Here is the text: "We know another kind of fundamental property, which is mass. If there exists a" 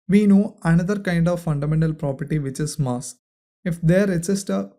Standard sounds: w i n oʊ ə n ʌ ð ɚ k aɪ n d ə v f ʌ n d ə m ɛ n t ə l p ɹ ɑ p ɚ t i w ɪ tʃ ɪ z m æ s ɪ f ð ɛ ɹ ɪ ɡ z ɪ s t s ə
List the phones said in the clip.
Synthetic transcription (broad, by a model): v i n oʊ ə n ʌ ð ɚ k aɪ n d ə v f ʌ n d ə m ɛ n t ə l p ɹ ɑ p ɚ t i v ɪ tʃ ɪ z m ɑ s ɪ f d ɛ ɹ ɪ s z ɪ s t ə